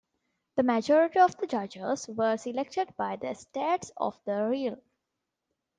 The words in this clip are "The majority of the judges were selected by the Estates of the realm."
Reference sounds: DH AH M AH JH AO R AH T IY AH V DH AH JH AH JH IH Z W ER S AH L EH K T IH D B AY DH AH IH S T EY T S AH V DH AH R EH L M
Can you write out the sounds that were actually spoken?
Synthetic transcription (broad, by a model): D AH M AH JH AO R AH T IY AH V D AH JH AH JH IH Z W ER S AH L EH K T IH D B AY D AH S T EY T S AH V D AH R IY L